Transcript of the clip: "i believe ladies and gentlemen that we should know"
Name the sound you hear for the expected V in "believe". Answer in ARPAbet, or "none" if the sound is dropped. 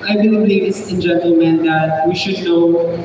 B